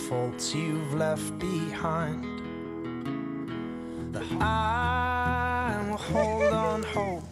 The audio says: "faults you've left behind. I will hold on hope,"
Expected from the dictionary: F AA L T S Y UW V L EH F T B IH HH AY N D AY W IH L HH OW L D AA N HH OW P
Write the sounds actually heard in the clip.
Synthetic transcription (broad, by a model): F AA L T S Y UW V L EH F T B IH HH AY N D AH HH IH N HH OW L D N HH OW